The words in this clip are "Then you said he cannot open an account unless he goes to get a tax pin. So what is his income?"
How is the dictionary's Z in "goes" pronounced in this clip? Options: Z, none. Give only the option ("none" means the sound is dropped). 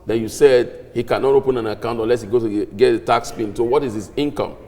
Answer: none